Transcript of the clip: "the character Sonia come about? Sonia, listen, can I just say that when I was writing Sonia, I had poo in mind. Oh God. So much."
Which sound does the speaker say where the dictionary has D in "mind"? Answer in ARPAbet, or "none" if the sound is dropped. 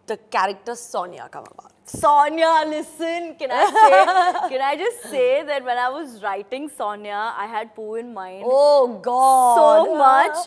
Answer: none